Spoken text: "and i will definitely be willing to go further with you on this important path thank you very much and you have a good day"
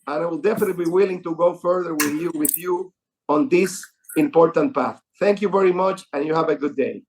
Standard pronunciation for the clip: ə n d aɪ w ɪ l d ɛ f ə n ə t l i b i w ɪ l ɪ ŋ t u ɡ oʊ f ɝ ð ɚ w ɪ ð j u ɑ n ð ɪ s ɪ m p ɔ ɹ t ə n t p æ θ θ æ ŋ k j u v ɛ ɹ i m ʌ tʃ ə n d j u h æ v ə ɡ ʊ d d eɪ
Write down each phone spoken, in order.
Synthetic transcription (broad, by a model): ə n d aɪ w ɪ l d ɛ f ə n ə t b i w ɪ l ɪ ŋ t u ɡ oʊ f ɝ ð ɚ w ɪ ð j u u n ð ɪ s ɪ m p ɔ ɹ t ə n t p æ θ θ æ ŋ k j u v ɛ ɹ i m ʌ tʃ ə n j u h æ v ə ɡ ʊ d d eɪ